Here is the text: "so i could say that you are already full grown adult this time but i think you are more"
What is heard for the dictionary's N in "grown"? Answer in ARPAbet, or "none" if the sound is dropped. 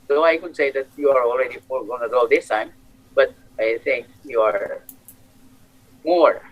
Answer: none